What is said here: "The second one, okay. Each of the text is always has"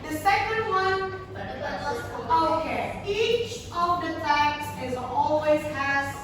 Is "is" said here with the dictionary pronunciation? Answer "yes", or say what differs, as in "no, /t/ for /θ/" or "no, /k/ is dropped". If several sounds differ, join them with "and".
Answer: yes